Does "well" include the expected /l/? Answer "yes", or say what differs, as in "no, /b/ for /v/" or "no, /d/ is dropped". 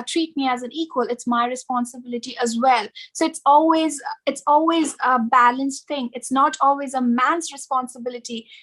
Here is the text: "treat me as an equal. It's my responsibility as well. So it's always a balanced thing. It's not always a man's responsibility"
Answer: yes